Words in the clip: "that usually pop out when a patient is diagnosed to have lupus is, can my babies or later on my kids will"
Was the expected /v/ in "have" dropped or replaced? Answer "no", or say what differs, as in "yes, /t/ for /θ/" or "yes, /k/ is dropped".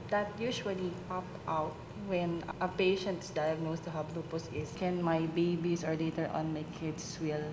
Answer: yes, /b/ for /v/